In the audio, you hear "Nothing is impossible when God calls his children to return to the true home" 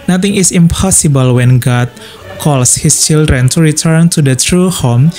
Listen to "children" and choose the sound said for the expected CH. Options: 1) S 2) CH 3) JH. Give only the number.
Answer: 2